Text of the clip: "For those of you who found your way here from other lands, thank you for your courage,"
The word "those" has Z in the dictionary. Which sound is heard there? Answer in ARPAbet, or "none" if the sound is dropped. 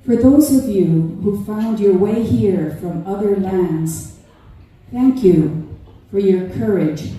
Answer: Z